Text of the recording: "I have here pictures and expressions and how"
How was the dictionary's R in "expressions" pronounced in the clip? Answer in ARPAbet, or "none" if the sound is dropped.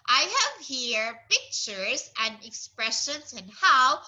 R